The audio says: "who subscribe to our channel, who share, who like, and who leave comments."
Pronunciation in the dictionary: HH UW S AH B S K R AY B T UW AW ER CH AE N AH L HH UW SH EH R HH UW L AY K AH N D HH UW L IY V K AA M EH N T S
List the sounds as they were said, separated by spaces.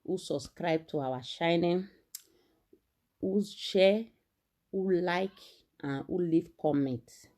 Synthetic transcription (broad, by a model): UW S AH B S K R AY B T UW AW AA SH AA N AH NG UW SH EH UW L AY K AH N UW L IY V K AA M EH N T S